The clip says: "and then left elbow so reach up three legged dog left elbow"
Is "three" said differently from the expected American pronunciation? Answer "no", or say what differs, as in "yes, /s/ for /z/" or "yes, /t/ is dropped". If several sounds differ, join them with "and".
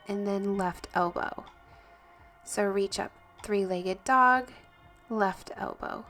no